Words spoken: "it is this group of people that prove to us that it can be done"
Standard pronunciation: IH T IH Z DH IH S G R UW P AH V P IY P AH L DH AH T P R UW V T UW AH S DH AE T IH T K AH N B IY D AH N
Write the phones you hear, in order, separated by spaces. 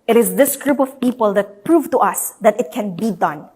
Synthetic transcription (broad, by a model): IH T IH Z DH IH S G R UW P AH V P IY P AH L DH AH T P R UW V T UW AH S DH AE T IH T K AH N B IY D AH N